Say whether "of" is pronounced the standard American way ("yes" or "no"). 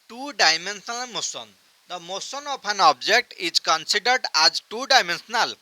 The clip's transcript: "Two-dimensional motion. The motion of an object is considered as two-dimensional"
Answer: no